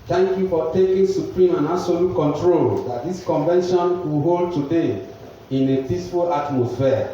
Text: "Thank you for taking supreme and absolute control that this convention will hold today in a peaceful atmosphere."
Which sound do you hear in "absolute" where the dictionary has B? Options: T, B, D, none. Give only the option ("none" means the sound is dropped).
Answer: none